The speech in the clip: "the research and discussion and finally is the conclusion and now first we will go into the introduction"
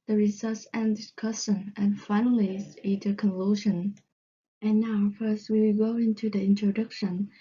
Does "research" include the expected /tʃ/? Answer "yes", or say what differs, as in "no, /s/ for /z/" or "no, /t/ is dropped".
no, /s/ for /tʃ/